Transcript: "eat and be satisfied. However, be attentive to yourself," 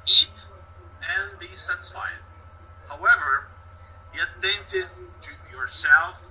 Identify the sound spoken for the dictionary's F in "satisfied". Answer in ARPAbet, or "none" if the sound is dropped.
none